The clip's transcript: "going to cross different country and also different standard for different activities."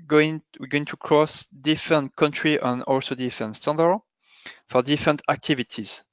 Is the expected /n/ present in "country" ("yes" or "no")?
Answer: yes